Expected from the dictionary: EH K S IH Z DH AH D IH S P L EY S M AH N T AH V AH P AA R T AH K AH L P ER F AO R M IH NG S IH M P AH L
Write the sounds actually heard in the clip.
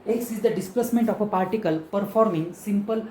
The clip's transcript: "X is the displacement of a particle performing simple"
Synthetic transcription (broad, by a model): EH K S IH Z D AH D IH S P L EY S M AH N T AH F AH P AA R T AH K AH L P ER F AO R M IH NG S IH M P AH L